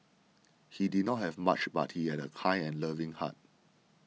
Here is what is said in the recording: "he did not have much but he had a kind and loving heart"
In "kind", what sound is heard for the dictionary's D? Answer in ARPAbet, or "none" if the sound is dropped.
none